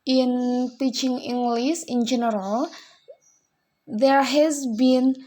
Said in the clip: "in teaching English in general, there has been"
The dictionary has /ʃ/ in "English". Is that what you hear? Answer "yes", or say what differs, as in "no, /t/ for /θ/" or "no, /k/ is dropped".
no, /s/ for /ʃ/